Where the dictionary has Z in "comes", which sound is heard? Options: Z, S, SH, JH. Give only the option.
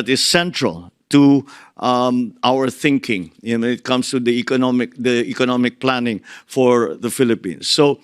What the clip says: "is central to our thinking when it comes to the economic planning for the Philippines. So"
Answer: S